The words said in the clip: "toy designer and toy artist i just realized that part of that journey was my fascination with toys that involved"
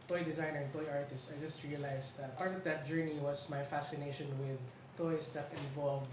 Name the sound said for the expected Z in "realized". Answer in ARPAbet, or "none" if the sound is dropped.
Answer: S